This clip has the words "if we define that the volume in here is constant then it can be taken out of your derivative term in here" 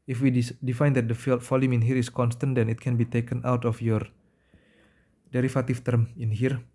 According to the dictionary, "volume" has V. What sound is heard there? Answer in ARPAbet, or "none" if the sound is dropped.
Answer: F